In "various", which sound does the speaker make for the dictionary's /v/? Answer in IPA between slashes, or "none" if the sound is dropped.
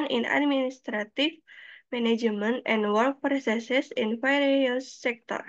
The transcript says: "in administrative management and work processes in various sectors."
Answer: /f/